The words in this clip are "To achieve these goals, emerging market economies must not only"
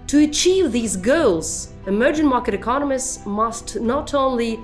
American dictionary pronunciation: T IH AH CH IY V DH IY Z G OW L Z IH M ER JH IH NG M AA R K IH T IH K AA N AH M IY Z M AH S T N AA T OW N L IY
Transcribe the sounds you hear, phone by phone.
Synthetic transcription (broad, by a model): T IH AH CH IY V DH IY Z G OW L Z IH M ER JH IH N M AA R K IH T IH K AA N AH M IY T M AH S T N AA T OW N L IY